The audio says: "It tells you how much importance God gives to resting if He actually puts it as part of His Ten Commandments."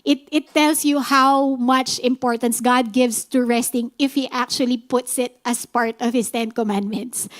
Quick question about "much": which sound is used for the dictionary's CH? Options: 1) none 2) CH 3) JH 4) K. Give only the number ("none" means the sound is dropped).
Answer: 2